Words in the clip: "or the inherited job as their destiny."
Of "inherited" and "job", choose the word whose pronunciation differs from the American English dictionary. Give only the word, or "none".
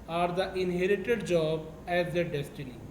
none